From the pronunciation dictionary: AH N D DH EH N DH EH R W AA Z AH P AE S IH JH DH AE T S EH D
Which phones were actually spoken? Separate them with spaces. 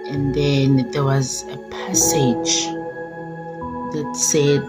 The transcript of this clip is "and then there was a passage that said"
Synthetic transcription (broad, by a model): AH N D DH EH N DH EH W AA Z AH P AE S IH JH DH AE T S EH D